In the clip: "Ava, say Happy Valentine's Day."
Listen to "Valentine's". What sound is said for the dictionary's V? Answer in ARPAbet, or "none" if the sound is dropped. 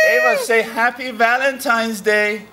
V